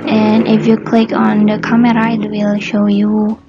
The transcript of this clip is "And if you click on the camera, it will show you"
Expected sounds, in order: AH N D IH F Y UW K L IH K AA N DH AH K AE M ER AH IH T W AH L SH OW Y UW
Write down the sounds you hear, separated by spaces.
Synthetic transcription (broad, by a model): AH N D IH F Y UW K L IH K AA N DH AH K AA M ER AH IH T W AH L SH OW Y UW